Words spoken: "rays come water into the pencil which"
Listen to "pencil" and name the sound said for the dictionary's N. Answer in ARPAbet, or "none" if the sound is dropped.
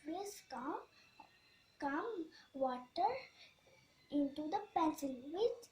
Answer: none